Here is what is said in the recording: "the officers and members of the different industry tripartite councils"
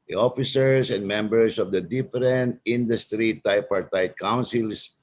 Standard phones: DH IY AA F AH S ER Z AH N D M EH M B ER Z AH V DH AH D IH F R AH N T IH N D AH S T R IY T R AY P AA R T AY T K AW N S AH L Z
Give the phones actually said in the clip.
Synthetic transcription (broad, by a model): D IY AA F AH S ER S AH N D M EH M B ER S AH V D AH D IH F R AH N T IH N D AH S T R IY T AY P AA R T AY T K AW N S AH L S